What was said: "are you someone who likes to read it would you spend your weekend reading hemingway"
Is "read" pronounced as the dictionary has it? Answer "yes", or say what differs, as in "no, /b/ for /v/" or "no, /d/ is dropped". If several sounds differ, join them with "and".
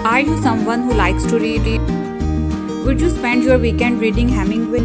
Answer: yes